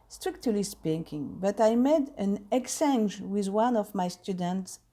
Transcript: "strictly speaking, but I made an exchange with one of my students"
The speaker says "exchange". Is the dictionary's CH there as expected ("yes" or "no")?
no